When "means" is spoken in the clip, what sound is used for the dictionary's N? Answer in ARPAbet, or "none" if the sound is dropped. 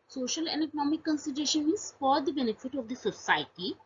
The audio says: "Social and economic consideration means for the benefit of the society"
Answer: none